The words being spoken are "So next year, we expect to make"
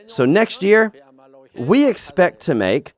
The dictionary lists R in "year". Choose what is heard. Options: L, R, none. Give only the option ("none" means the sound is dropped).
R